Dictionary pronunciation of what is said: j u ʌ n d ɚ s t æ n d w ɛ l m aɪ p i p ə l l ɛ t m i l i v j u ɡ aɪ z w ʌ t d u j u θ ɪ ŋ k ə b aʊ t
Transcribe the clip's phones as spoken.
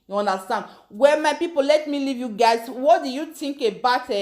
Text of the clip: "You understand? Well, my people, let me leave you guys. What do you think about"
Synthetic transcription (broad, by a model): j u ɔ n d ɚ s t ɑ n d w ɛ m aɪ p i p ə l l ɛ t m i l i v j u ɡ aɪ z w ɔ t d u j u t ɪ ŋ k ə b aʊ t